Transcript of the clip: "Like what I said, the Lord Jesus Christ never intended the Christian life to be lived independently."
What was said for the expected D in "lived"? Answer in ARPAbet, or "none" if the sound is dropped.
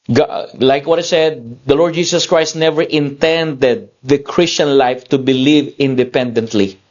none